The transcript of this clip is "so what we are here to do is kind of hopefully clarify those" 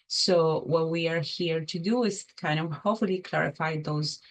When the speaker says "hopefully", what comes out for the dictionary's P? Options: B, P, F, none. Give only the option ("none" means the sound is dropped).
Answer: none